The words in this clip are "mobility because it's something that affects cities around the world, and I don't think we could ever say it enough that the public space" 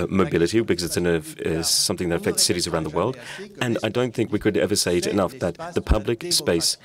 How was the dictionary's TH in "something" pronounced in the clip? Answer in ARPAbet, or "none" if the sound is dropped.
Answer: TH